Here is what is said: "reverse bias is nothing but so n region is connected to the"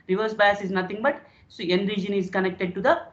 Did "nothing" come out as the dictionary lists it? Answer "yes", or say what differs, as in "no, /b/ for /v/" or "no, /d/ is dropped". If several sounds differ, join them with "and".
no, /t/ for /θ/